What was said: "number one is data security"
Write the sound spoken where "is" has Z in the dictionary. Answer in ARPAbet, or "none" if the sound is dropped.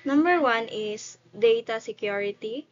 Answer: S